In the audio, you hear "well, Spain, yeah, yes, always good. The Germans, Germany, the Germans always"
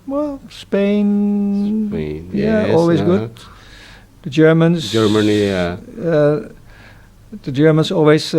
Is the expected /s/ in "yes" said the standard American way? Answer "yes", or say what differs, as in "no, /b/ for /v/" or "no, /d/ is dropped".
no, /s/ is dropped